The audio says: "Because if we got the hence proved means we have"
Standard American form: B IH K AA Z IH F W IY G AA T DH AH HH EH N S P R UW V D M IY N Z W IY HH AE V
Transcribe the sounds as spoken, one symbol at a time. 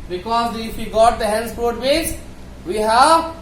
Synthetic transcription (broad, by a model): B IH K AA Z IH F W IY G AA T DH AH HH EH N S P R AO D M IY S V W IY HH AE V